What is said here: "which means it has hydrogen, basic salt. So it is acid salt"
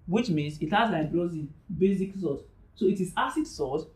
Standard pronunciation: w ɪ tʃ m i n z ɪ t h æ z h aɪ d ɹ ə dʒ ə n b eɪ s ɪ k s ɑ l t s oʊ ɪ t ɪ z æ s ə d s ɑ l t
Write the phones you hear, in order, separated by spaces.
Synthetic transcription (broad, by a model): w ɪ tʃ m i n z ɪ t h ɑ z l aɪ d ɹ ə z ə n b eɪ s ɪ k s ɑ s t s oʊ ɪ t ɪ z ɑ s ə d s ɑ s